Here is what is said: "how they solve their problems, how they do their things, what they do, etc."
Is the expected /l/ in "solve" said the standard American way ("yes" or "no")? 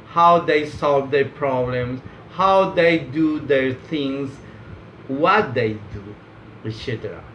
yes